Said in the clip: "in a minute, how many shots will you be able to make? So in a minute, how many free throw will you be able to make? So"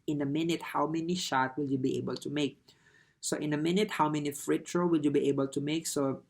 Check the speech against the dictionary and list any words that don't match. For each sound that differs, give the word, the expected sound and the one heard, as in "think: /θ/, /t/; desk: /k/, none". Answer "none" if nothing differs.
shots: /s/, none; throw: /θ/, /t/